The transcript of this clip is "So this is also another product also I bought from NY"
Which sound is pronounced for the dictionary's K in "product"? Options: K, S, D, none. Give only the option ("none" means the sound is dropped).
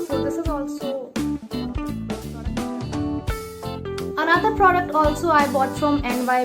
K